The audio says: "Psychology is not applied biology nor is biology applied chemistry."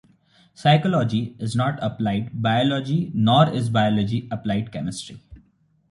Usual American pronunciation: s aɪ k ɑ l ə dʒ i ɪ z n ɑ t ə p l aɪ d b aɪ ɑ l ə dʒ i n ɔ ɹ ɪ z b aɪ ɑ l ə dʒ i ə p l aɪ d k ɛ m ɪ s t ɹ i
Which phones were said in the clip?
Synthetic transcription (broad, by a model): s aɪ k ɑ l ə dʒ i ɪ z n ɑ t ə p l aɪ d b aɪ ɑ l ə dʒ i n ɔ ɹ ɪ z b aɪ ɑ l ə dʒ i ə p l aɪ d k ɛ m ɪ s t ɹ i